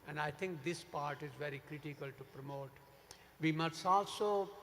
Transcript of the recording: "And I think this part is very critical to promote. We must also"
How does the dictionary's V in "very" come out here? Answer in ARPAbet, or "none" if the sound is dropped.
V